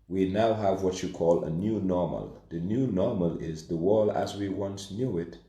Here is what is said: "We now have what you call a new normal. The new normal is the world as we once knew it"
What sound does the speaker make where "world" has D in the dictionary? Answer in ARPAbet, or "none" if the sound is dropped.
none